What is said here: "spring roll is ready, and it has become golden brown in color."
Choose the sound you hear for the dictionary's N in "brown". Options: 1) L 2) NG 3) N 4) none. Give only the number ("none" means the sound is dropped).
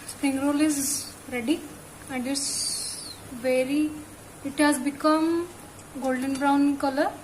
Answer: 4